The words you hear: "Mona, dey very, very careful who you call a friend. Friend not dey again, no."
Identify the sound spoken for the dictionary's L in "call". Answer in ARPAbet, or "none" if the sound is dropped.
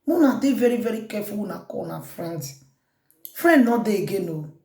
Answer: N